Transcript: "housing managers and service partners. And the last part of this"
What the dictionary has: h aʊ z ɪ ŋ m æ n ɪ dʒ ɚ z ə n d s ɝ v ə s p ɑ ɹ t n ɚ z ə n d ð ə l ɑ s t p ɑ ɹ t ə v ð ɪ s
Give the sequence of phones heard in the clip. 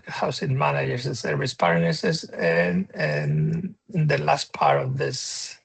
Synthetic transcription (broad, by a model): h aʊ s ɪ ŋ m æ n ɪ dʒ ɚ s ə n s ɝ v ə s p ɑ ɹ s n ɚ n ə n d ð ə l ɑ s t p ɑ ɹ t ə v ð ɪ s